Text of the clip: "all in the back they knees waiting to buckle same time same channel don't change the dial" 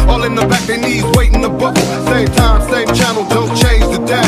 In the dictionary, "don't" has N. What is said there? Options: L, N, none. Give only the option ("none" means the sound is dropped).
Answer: L